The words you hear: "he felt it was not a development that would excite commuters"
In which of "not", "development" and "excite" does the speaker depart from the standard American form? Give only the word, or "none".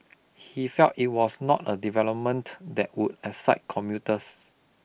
excite